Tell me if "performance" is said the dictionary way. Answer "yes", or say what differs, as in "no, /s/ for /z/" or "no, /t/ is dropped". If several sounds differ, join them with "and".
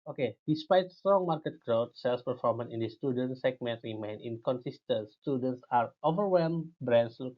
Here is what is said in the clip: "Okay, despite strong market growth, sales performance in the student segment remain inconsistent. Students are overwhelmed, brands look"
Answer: no, /s/ is dropped